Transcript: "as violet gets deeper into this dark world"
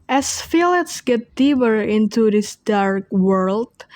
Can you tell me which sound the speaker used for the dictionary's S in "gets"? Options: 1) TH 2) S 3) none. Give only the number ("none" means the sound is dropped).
3